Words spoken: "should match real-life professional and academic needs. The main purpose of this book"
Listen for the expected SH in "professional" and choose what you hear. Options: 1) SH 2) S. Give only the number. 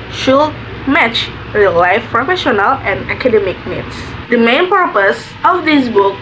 1